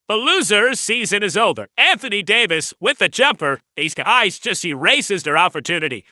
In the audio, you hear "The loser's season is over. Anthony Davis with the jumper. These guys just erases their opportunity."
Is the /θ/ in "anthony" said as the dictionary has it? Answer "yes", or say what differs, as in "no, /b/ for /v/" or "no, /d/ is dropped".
yes